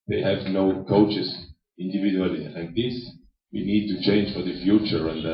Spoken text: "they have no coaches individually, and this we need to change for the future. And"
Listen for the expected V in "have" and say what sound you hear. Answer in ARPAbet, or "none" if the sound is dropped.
V